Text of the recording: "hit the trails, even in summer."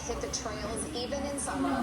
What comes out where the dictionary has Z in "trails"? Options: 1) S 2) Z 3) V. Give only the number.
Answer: 2